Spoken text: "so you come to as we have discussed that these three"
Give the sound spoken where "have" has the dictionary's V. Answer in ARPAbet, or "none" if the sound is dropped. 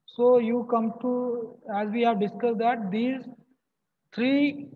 V